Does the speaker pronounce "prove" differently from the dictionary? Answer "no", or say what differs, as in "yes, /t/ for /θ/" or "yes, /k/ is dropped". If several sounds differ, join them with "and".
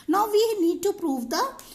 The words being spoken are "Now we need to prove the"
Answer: no